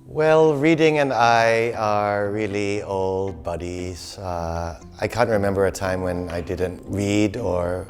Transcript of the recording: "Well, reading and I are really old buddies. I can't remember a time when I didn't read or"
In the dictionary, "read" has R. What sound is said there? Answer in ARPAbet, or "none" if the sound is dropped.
R